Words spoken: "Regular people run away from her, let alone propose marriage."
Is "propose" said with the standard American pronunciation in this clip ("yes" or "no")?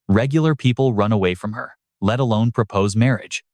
yes